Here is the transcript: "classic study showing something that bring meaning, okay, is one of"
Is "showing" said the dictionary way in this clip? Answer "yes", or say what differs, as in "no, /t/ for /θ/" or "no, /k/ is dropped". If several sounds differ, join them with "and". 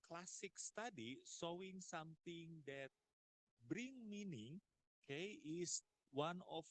no, /s/ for /ʃ/